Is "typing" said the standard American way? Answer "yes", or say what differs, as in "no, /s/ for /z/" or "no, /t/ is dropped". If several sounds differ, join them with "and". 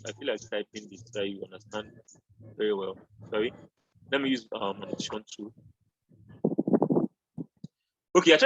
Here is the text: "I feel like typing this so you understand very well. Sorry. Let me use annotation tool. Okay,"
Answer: no, /b/ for /p/